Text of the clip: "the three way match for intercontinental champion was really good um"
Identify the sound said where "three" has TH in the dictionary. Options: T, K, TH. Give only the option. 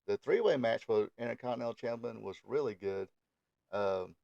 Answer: TH